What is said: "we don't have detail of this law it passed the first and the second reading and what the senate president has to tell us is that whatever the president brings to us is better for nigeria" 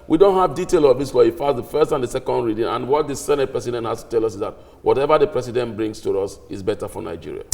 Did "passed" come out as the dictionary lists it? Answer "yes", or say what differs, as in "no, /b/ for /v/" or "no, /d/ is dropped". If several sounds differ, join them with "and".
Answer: no, /f/ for /p/